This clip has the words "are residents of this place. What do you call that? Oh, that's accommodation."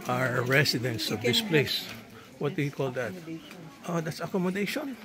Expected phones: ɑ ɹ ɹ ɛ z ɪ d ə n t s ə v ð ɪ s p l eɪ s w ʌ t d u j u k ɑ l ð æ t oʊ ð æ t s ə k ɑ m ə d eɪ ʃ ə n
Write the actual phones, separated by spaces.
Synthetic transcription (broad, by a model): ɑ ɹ ɹ ɛ s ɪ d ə n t s ə v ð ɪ s p l eɪ s w ʌ t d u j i k ɑ l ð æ t oʊ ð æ t s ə k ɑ m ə d eɪ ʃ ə n